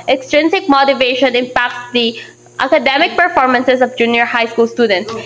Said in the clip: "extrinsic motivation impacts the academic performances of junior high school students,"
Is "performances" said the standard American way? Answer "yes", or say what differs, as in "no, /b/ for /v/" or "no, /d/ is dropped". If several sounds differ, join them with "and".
no, /s/ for /z/